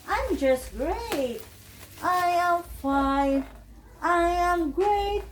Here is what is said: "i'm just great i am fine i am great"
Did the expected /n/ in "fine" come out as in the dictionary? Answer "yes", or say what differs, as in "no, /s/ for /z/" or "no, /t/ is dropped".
no, /n/ is dropped